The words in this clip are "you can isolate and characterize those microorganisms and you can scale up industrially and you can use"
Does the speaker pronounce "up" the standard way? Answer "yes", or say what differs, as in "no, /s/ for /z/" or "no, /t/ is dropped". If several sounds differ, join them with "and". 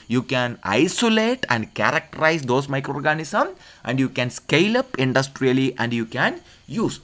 yes